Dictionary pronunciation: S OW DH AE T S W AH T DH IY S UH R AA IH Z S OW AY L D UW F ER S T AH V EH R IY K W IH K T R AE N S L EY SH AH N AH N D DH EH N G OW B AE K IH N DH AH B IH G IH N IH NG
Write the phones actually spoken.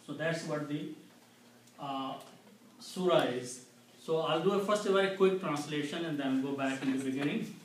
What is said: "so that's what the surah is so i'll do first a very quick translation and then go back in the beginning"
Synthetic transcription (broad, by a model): S OW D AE T S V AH T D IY S UH R AA IH Z S OW AY L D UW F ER S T AH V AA IY K W IH K T R AE N S L EY SH AH N AH N D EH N G OW B AE K IH N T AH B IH G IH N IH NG